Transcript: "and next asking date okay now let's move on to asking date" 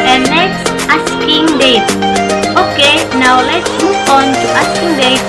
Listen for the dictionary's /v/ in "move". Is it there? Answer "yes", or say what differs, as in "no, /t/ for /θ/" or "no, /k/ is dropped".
no, /f/ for /v/